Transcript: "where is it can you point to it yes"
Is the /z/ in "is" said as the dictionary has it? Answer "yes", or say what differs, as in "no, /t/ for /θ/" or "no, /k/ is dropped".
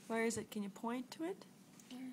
yes